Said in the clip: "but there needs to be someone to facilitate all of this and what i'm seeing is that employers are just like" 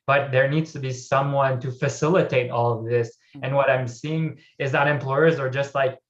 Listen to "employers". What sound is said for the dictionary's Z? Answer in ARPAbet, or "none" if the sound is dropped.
Z